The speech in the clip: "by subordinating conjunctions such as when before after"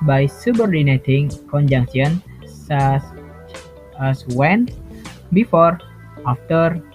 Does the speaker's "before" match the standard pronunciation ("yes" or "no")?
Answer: yes